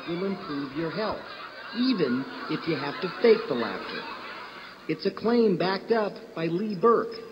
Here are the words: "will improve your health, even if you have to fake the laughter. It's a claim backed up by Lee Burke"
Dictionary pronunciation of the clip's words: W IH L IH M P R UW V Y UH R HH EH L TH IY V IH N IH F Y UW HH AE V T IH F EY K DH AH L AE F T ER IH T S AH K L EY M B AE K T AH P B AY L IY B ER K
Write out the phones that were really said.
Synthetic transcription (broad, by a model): W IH L IH M P R UW V Y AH R HH EH L TH IY V IH N IH F Y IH HH AE F T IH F EY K DH AH L AE F T ER IH T S AH K L EY M B AE K T AH P B AY L IY B ER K